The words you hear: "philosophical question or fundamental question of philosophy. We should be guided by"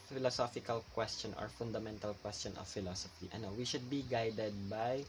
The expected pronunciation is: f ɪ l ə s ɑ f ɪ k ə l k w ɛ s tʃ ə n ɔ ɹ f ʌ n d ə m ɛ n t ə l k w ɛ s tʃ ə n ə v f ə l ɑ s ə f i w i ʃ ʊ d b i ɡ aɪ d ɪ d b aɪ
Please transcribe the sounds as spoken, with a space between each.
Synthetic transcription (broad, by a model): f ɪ l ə s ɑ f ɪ k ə l k w ɛ s tʃ ə n ɔ ɹ f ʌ n d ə m ɛ n t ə l k w ɛ s tʃ ə n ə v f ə l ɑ s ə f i w i ʃ ʊ d b i ɡ aɪ d ɪ d b aɪ